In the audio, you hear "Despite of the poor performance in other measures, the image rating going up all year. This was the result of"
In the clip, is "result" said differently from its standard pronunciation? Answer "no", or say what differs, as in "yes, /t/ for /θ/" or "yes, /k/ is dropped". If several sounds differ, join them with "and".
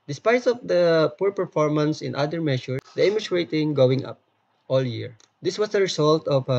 yes, /s/ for /z/